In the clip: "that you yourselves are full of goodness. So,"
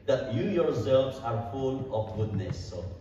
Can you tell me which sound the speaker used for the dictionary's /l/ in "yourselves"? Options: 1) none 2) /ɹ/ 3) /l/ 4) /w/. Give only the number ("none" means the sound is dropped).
1